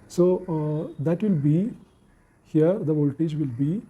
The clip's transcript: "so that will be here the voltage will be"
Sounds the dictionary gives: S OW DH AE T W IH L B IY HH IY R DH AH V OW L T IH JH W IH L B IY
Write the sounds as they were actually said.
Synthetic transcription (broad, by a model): S OW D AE T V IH L B IY HH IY R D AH V OW L T IH JH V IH L B IY